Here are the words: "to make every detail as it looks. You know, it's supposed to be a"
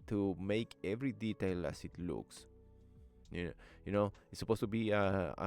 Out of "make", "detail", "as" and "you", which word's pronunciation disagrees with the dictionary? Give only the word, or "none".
as